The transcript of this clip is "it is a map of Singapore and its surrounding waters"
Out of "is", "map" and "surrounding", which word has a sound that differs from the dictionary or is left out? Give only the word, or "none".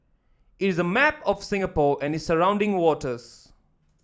none